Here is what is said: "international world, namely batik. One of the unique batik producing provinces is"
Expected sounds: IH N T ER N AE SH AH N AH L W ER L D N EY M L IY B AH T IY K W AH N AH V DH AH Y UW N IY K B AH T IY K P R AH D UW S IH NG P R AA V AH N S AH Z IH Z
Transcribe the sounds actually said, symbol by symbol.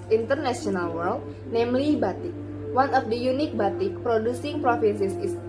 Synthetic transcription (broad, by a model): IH N T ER N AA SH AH N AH L W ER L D N EY M L IY B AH T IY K W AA N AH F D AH Y UW N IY K B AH T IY K P R AH D UW S IH NG P R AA F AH N S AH S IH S